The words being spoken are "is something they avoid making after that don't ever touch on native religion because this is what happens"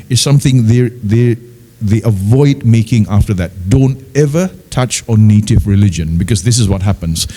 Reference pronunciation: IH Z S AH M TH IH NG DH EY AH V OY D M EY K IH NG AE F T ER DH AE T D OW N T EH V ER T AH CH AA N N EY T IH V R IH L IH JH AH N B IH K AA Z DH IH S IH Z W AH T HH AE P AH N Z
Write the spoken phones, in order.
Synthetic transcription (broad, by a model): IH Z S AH M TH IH NG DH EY AH V OY D M EY K IH NG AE F T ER DH AE T D OW N T EH V ER T AH CH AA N N EY T IH V R IH L IH JH AH N B IH K AA Z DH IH S IH Z W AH T HH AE P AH N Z